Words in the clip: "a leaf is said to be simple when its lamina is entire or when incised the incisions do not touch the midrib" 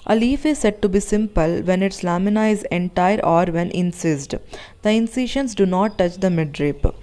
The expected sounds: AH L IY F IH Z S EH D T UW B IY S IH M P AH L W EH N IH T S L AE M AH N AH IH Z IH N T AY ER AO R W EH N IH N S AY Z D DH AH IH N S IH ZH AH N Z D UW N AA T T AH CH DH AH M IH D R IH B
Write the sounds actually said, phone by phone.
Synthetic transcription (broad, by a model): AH L IY F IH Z S EH D T UW B IY S IH M P AH L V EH N IH T S L AE M AH N AH IH Z IH N T AY ER AO R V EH N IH N S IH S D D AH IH N S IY SH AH N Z D UW N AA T T AH CH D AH M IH D R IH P